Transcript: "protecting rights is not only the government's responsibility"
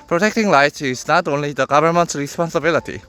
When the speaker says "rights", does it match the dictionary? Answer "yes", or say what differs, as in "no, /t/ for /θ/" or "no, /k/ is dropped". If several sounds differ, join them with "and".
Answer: no, /l/ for /ɹ/ and /s/ is dropped